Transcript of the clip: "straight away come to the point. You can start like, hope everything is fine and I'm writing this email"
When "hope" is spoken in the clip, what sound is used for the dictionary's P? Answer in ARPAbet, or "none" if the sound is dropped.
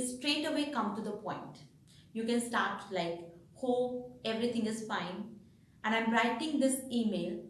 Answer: none